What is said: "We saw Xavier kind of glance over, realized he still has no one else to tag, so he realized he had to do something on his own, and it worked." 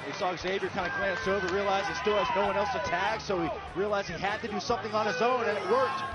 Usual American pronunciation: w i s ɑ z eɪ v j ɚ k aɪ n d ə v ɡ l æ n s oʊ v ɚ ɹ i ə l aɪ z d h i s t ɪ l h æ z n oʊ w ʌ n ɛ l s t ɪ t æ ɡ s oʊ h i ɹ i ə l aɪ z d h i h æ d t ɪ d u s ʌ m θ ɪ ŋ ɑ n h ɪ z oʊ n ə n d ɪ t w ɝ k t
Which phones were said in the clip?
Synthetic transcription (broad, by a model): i s ɑ z eɪ v j ɚ k aɪ n d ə ɡ l æ n s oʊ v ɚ ɹ i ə l aɪ z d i s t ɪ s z n oʊ w ʌ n ɛ l s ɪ t æ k s oʊ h i ɹ i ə l aɪ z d h i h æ d t ɪ d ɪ s ʌ m θ ɪ ŋ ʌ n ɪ z oʊ n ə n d ɪ t w ɝ k t